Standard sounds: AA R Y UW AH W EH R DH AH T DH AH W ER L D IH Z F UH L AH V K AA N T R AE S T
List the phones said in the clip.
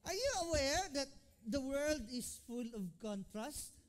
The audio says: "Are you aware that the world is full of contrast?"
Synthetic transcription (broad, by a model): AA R Y UW AH W EH R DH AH T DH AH W ER L D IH S F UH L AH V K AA N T R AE S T